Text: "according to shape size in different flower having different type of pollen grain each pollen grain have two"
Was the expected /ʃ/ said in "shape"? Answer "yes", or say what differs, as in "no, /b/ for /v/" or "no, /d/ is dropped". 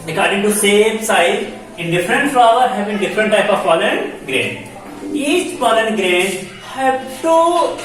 no, /s/ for /ʃ/